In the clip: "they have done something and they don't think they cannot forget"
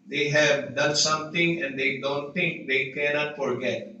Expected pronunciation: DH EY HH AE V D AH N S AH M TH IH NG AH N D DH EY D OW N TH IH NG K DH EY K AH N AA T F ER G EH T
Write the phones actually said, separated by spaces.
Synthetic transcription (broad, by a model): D EY HH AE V D AH N S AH M T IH NG AH N D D EY D OW N T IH NG K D EY K AH N AA T F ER G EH T